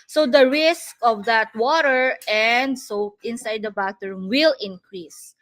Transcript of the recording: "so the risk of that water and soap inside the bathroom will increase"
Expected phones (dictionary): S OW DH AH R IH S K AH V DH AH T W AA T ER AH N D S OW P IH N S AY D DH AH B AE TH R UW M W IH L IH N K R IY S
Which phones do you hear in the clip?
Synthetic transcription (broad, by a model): S OW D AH R IH S K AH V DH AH T W AA T ER AH N D S OW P IH N S AY D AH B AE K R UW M W IH L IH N K R IY S